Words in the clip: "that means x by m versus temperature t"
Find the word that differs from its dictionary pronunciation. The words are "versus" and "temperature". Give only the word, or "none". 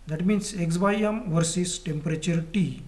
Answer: none